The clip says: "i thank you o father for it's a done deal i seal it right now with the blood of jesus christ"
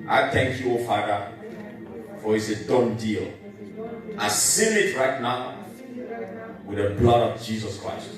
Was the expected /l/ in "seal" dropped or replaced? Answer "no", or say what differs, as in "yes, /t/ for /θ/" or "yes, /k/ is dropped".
yes, /n/ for /l/